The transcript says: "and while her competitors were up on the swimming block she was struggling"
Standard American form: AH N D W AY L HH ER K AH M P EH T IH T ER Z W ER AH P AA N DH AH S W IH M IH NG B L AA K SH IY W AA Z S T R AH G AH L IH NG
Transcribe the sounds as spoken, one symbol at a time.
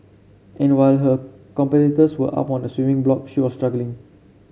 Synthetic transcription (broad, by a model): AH N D W AY L HH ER K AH M P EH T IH T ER S W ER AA P AA N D AH S W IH M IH NG B L AA K SH IY W AA S T R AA G AH L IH NG